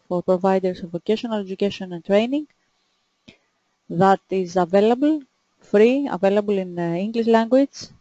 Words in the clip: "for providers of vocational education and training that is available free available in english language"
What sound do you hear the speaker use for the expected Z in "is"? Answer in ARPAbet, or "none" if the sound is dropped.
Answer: Z